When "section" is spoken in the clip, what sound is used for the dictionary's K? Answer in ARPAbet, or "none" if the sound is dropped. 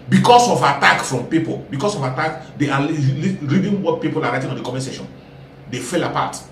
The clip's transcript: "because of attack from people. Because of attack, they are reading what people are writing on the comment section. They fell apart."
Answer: none